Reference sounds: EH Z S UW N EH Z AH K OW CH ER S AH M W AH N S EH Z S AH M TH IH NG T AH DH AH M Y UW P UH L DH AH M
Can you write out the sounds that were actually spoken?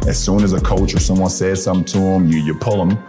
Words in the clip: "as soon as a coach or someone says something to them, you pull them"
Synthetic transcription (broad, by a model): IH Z S UW N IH Z AH K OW CH ER S AH M W AH N S EH Z S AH M T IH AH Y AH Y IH P UH L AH M